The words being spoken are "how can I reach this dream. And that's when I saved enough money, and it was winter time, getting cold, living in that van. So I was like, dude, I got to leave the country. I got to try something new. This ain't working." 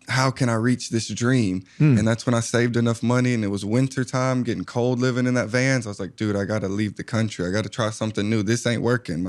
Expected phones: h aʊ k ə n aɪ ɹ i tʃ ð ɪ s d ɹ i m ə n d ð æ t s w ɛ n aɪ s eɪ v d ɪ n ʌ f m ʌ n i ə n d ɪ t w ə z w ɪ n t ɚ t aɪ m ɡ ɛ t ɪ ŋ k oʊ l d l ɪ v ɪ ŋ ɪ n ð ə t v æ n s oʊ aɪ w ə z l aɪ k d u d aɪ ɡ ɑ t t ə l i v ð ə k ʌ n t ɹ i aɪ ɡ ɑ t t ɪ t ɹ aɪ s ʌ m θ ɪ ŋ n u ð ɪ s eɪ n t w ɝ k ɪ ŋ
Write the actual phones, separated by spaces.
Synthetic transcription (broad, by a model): h aʊ k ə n aɪ ɹ i tʃ ð ɪ s d ɹ i m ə n ð æ t s w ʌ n aɪ s eɪ v d ɪ n ʌ f m ʌ n i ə n ɪ t w ə z w ɪ n t ɚ t aɪ m ɡ ɛ t ɪ ŋ k oʊ l d l ɪ v ɪ ŋ ɪ n ð ə t v æ n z aɪ w ə z l aɪ k d u d aɪ ɡ ɑ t t ə l i v ð ə k ʌ n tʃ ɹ i aɪ ɡ ɑ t t ɪ t ɹ aɪ s ʌ m θ ɪ ŋ n u ð ɪ s eɪ n t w ɝ k ɪ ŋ